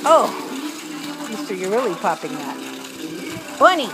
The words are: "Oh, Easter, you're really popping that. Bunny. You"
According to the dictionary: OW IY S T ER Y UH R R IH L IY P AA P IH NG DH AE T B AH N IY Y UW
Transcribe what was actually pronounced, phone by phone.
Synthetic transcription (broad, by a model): OW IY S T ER Y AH R R IH L IY P AA P IH NG DH AE T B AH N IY